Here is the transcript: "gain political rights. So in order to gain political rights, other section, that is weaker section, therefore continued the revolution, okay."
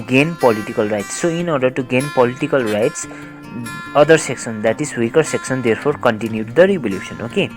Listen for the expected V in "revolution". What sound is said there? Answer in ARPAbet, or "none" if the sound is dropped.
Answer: B